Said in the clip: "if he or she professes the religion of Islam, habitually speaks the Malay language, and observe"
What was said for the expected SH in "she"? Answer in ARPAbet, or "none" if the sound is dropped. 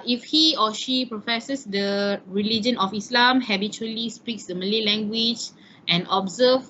SH